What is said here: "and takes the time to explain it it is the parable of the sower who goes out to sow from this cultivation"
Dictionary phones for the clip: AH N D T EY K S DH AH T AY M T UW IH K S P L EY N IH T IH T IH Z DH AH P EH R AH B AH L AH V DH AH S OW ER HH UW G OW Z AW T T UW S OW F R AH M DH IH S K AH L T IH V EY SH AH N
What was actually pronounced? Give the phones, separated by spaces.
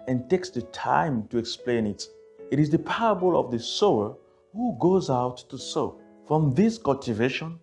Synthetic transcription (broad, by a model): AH N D T EY K S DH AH T AY M T UW IH K S P L EY N IH T IH T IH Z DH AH P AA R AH B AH L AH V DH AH S OW ER HH UW G OW Z AW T T UW S OW F R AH M DH IH S K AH L T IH V EY SH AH N